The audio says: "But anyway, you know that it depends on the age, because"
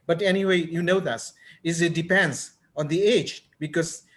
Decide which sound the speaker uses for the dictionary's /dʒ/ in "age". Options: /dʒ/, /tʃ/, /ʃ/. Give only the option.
/dʒ/